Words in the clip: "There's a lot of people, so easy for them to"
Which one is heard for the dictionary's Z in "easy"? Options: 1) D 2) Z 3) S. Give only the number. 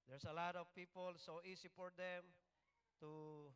3